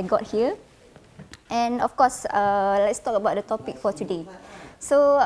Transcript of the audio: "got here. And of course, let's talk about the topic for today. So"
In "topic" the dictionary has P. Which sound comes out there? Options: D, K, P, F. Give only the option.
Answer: P